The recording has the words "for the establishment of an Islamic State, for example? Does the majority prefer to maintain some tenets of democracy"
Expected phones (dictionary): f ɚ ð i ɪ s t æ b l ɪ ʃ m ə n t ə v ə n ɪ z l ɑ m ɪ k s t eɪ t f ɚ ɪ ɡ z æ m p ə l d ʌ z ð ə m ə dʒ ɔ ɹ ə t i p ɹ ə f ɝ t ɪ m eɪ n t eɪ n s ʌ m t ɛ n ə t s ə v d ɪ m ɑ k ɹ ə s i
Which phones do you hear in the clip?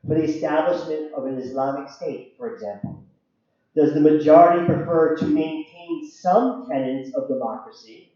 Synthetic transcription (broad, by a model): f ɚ ð i ɪ s t æ b l ɪ ʃ m ə n t ə v ə n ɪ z l ɑ m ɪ k s t eɪ t f ɚ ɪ ɡ z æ m p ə l d ʌ z ð ə m ə dʒ ɔ ɹ ə t i p ɹ ə f ɝ t ɪ m eɪ n t eɪ n s ʌ m t ɛ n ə t s ə v d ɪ m ɑ k ɹ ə s i